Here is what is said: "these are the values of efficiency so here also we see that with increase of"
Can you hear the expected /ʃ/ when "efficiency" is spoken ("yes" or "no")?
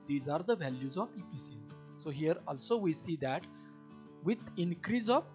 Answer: no